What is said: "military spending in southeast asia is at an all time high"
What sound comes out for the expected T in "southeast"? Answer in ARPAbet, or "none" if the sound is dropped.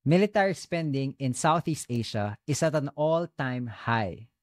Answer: T